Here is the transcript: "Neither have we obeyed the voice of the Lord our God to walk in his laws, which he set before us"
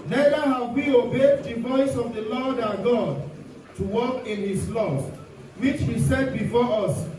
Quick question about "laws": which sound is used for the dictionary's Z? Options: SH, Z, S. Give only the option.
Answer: S